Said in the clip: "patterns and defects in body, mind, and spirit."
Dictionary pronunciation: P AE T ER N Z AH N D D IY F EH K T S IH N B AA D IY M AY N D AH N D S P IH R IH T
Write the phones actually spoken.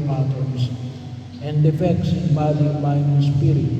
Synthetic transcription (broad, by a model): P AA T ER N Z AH N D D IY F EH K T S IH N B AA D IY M AY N AH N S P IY R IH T